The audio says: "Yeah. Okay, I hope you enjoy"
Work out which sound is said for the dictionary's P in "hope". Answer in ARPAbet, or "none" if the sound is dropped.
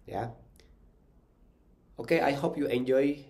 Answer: P